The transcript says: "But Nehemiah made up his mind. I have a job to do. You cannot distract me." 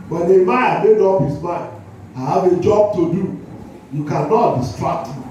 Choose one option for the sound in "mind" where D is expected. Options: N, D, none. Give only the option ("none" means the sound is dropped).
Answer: none